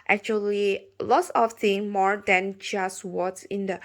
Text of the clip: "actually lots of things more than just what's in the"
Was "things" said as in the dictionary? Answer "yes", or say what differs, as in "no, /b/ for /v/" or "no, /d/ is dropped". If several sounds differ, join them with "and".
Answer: no, /z/ is dropped